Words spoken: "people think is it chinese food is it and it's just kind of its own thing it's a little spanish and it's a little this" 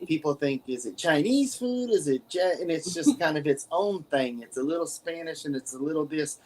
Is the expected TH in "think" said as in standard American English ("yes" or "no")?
yes